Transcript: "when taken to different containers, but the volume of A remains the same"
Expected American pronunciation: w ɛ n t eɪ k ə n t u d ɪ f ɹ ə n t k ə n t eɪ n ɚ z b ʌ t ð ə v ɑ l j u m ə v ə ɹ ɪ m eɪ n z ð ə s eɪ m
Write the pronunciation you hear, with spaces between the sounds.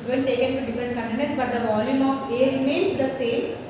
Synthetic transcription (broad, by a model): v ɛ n t eɪ k ə n t u d ɪ f ɹ ə n t k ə n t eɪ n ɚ s b ʌ t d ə v ɑ l j u m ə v ə ɹ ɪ m eɪ n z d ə s eɪ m